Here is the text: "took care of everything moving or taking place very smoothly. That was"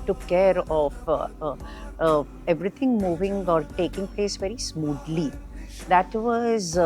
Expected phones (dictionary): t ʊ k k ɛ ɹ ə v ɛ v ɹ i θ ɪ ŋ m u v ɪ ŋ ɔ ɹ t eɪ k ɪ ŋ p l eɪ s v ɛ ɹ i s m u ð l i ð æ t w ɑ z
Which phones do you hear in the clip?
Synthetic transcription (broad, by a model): t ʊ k k ɛ ɹ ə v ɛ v ɹ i t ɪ ŋ m u v ɪ ŋ ɔ ɹ t eɪ k ɪ ŋ p l eɪ s v ɛ ɹ i s m u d l i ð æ t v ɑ z